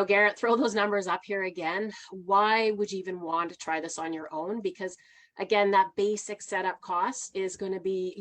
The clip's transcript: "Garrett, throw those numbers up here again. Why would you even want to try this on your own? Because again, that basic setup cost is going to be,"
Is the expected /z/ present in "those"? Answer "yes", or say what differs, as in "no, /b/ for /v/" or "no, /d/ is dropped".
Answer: yes